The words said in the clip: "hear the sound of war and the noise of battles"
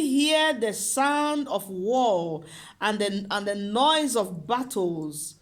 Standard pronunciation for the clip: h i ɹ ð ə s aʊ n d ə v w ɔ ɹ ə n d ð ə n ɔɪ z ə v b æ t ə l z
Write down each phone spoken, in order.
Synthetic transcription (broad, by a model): h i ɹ ð ə s aʊ n d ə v w ɔ l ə n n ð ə n ɔɪ z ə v b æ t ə l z